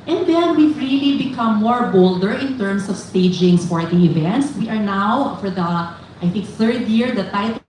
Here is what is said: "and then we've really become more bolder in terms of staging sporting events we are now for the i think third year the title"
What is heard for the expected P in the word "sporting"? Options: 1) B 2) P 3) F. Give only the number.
3